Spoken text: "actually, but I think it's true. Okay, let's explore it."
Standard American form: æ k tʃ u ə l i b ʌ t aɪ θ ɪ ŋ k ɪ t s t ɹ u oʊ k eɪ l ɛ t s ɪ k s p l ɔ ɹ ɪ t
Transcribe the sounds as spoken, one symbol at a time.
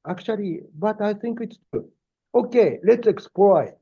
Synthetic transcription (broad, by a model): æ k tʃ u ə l i b ʌ t aɪ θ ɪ ŋ k ɪ t s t u oʊ k eɪ l ɛ t s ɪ k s p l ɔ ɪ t